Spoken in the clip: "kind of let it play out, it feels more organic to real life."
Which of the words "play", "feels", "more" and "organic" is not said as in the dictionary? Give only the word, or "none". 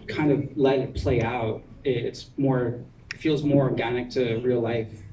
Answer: none